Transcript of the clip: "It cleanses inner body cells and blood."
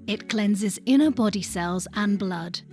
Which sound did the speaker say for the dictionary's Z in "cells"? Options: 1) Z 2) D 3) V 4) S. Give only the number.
1